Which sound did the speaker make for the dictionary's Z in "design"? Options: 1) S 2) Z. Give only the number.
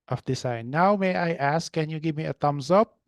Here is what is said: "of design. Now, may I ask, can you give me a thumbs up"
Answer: 1